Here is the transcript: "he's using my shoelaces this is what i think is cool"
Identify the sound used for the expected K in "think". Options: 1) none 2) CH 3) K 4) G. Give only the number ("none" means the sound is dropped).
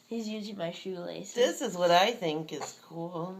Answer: 3